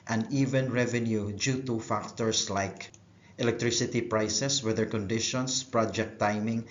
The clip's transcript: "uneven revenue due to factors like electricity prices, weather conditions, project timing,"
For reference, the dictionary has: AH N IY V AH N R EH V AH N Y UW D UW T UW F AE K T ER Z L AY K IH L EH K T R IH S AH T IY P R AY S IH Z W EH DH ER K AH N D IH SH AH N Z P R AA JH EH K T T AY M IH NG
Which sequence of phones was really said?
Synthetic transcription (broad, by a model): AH N IY V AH N R EH V AH N Y UW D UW T UW F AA K T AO S L AY K IH L EH K T R IH S AH T IY P R AY S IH S W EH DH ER K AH N D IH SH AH N S P R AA JH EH K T T AY M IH NG